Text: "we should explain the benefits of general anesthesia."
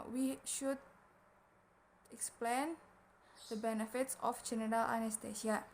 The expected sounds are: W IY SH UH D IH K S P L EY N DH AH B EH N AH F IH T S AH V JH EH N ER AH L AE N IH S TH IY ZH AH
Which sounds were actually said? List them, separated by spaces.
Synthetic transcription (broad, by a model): W IY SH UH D IH K S P L EY N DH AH B EH N AH F IH T S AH F JH EH N ER AH L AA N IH S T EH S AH